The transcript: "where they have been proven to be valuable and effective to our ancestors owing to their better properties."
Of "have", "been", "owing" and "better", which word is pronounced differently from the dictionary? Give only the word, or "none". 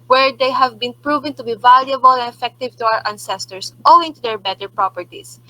none